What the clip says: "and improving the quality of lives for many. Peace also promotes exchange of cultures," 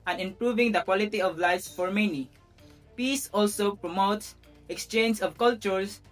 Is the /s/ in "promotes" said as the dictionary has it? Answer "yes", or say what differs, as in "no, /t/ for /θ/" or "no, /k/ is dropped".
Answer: yes